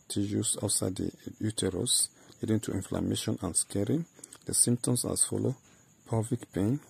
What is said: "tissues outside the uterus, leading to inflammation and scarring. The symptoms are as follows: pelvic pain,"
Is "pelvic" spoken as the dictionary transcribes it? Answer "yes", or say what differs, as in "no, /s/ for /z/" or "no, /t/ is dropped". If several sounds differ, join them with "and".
no, /l/ is dropped